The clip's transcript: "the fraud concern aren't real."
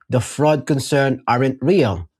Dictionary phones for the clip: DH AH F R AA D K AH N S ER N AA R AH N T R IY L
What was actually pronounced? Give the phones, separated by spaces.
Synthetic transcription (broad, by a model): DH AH F R AA D K AH N S ER N AA R AH N T R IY L